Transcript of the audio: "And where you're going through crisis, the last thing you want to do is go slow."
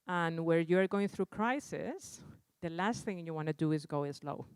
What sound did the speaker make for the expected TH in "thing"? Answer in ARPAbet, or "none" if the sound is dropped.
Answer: TH